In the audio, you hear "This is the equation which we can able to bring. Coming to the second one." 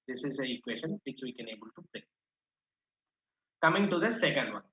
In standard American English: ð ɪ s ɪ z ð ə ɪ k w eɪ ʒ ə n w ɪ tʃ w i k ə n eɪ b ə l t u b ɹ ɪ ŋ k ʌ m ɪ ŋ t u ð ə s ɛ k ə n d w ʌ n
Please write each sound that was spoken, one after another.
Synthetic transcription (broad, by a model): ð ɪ s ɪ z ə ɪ k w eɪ ʃ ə n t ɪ s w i k ə n eɪ b ə l t u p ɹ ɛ k ʌ m ɪ ŋ t u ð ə s ɛ k ə n d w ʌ n